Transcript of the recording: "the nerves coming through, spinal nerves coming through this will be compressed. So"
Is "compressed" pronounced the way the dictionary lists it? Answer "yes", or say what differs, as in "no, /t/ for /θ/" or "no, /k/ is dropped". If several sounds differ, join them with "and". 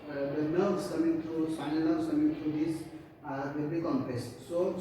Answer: no, /ɹ/ is dropped